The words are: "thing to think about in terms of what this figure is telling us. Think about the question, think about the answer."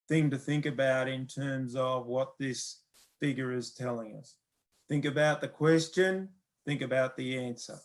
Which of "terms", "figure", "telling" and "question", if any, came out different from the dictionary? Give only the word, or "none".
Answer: none